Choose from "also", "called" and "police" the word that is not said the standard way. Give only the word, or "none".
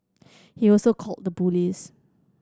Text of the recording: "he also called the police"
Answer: police